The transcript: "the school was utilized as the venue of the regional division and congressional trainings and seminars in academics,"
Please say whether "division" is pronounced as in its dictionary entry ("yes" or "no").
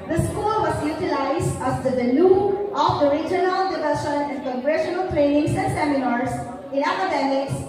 no